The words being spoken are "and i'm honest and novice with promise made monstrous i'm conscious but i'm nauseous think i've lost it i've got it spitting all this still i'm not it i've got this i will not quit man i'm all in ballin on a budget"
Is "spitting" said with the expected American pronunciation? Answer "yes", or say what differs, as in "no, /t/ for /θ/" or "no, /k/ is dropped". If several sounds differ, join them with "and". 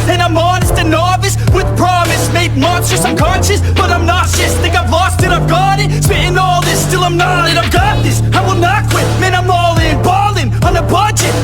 no, /p/ is dropped